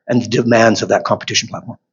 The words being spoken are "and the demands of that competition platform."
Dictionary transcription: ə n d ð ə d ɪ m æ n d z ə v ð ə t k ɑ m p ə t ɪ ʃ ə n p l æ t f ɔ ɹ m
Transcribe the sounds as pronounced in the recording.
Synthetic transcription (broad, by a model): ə n ð ə d ɪ m æ n d z ə v ð ə t k ɑ m p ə t ɪ ʃ n p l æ t f ɔ ɹ m